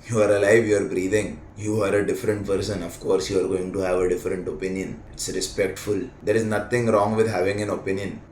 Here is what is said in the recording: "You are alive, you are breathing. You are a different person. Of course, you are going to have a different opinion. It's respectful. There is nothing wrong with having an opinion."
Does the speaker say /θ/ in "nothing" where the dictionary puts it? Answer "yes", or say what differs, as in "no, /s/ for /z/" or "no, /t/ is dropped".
no, /t/ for /θ/